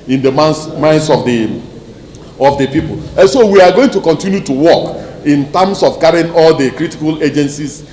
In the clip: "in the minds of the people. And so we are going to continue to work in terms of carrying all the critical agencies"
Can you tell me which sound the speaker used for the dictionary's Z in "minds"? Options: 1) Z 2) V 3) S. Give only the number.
3